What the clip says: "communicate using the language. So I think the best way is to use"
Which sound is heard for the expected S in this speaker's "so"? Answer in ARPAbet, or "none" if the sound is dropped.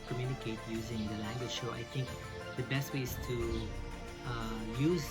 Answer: SH